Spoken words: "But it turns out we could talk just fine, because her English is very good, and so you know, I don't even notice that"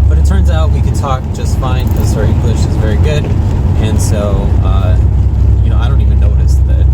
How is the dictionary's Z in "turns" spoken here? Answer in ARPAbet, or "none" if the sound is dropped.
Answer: Z